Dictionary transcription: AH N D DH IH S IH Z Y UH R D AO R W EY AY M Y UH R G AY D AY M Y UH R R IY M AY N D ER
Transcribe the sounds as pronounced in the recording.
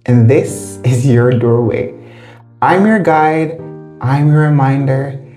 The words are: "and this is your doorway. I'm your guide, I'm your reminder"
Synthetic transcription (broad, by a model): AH N DH IH S IH Z Y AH R D AO R W EY AY M Y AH R G AY D AY M Y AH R R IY M AY N D ER